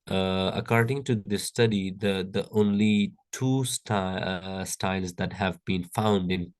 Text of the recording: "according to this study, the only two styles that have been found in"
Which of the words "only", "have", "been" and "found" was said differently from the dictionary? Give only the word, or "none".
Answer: none